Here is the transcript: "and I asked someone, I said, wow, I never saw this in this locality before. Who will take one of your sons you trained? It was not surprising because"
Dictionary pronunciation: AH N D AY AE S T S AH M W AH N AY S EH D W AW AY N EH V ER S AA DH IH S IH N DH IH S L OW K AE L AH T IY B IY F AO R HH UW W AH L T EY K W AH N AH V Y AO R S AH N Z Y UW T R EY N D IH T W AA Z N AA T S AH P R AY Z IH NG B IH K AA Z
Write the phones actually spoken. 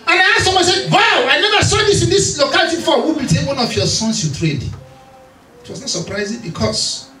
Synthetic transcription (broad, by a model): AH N AY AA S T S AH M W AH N S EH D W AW AY N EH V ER S AA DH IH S IH N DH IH S L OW K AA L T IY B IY F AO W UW W AH L T EY K W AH N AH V Y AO S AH N S Y UW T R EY D IH T W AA S N AA T S AH P R AY Z IH NG B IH K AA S